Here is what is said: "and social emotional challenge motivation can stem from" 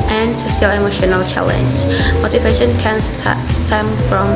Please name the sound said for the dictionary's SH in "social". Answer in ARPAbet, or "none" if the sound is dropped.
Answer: S